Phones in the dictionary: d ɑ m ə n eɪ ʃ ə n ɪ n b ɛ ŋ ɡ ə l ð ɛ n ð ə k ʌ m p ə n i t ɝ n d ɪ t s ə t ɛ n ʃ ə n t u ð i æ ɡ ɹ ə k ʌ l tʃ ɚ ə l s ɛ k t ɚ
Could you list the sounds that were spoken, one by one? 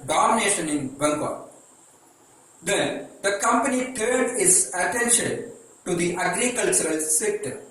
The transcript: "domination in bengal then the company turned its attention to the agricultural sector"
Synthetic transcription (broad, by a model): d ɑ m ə n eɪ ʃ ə n ɪ n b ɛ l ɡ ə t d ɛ n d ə k ʌ m p ə n i t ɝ d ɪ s ə t ɛ n ʃ ə n t u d i æ ɡ ɹ ə k ʌ l tʃ ɚ ə l s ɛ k t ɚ